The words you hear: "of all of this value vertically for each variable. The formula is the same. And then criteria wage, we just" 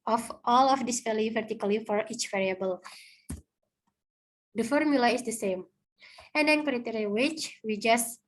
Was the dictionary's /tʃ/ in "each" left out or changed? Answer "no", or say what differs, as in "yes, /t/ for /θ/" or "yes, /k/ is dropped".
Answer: no